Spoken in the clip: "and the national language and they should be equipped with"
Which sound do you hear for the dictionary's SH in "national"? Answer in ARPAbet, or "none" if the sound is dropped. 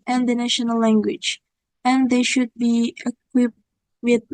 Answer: SH